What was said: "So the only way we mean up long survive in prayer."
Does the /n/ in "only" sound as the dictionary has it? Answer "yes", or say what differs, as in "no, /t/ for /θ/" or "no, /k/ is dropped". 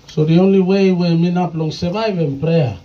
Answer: yes